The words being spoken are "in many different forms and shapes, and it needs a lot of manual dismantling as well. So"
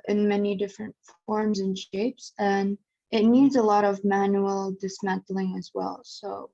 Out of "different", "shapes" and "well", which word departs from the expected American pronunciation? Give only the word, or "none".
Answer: none